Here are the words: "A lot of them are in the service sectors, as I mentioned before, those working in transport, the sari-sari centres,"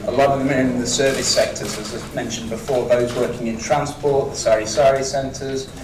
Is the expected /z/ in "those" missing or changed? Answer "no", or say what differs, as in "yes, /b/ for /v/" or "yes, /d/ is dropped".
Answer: no